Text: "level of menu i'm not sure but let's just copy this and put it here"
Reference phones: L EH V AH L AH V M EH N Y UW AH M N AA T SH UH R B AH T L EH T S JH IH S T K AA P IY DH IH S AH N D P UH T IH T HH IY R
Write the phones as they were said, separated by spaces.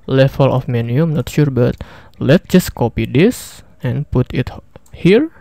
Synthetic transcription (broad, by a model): L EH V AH L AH F M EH N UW AH M N AA T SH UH R B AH T L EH T JH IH S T K AA P IY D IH S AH N P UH T IH T HH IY R